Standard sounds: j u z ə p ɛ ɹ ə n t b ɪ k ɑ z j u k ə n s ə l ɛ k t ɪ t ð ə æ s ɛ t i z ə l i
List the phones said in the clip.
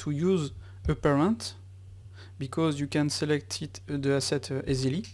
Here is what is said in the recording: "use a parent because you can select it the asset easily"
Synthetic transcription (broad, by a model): j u z ə p ɛ ɹ ə n t b ɪ k ɑ z j u k ə n s ə l ɛ k t ɪ t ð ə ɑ s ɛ t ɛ z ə l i